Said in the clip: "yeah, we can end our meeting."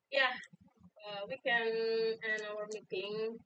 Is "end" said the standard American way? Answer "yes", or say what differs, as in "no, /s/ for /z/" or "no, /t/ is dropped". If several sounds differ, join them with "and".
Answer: no, /d/ is dropped